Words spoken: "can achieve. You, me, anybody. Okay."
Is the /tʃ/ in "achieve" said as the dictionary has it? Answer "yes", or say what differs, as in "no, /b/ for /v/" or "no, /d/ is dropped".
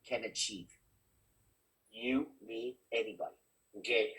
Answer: yes